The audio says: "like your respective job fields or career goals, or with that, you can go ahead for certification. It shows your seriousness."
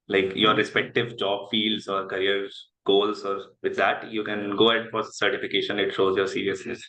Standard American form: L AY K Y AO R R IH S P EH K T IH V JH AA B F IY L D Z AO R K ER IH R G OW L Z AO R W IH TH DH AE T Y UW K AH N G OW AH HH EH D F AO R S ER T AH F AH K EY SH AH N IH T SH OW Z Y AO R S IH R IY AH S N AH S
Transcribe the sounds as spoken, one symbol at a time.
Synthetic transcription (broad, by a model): L AY K Y AO R R IH S P EH K T IH V JH AA B F IY L D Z AO R K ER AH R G OW L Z AO R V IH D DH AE T Y UW K AH N G OW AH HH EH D F AO R S ER T AH F AH K EY SH AH N IH T SH OW Z Y AO R S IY R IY AH S N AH S